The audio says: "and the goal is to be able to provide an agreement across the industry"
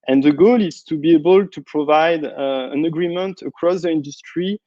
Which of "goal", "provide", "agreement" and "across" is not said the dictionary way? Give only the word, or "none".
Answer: none